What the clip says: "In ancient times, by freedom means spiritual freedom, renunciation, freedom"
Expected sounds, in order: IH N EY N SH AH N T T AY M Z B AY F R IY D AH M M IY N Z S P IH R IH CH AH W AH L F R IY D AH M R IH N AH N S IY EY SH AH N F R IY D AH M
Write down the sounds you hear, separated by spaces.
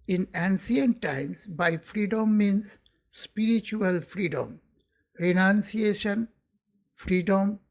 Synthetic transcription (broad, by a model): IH N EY N S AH N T T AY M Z B AY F R IY D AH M M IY N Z S P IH R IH CH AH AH L F R IY D AH M R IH N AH N S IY EY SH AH N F R IY D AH M